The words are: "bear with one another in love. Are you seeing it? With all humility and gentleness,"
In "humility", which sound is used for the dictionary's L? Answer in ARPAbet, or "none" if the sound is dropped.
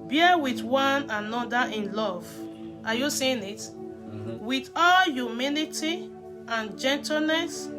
N